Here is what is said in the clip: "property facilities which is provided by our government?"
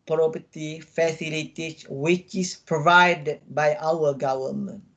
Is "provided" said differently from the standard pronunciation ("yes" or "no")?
no